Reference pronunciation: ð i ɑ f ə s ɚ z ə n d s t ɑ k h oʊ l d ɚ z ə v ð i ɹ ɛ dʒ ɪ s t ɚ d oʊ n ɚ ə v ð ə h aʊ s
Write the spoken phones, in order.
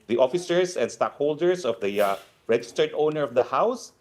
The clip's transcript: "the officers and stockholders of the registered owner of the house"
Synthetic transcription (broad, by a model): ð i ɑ f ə s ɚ s ə n d s t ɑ k h oʊ l d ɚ s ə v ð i ɹ ɛ dʒ ɪ s t ɚ d oʊ n ɚ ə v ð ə h aʊ s